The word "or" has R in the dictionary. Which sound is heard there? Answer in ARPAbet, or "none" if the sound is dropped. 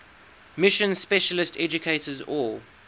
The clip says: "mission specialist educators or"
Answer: L